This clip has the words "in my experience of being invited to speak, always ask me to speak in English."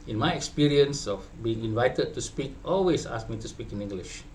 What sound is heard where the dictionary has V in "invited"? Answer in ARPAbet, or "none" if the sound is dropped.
V